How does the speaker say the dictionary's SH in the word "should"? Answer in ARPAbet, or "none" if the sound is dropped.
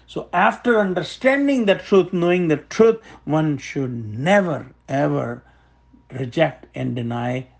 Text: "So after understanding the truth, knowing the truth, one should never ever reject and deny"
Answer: SH